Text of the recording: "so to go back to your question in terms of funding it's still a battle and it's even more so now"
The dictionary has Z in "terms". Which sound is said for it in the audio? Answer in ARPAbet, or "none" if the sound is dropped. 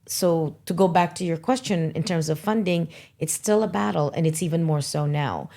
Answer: Z